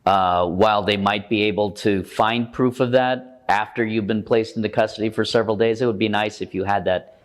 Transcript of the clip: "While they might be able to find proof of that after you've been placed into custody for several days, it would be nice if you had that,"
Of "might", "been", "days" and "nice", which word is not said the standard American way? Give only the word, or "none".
none